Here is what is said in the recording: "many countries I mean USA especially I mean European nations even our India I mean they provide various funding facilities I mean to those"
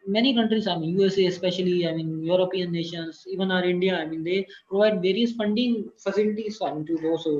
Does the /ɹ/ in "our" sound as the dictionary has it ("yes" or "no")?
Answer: yes